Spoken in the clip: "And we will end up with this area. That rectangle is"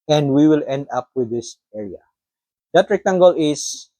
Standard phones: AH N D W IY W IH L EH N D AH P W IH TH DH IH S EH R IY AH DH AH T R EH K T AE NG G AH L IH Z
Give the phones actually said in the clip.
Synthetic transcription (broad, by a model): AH N D W IY W IH L EH N D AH P W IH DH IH S EH R IY AH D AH T R EH K T AE NG G AH L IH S